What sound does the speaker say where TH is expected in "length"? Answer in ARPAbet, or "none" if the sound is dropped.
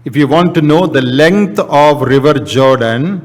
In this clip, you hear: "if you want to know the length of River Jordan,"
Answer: T